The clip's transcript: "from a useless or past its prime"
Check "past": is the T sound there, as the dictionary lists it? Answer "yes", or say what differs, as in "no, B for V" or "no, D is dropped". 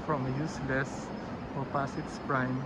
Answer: no, T is dropped